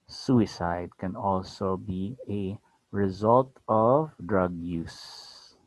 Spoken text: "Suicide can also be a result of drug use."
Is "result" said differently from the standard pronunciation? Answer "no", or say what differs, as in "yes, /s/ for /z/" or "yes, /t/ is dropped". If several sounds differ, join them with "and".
no